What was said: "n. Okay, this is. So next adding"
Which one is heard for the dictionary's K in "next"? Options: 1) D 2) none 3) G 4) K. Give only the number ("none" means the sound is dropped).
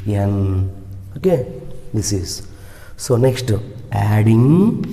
4